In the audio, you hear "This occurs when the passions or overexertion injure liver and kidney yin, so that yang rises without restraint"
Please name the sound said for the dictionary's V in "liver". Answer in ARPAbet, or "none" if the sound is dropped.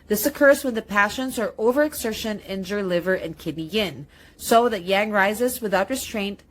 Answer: V